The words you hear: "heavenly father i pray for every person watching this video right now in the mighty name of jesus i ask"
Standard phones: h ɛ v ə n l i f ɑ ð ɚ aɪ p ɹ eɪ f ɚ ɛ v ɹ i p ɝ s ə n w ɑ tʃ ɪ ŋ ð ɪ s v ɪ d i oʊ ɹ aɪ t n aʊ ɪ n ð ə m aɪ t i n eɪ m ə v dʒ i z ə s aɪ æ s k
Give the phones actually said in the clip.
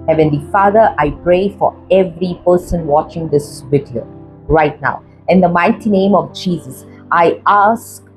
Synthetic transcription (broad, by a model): h ɛ v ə n l i f ɑ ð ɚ aɪ p ɹ eɪ f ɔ ɛ v ɹ i p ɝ s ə n w ɑ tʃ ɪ ŋ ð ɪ s w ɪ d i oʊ ɹ aɪ t n aʊ ɪ n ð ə m aɪ t i n eɪ m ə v dʒ i z ə s aɪ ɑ s k